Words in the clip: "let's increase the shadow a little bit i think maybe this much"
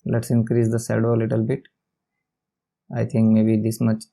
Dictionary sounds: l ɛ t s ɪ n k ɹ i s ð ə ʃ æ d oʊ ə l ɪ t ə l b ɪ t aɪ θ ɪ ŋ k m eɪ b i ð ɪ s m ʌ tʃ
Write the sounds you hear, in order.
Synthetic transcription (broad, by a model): l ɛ t s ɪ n k ɹ i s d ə s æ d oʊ ə l ɪ t ə l b ɪ t aɪ t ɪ ŋ k m eɪ b i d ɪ s m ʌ tʃ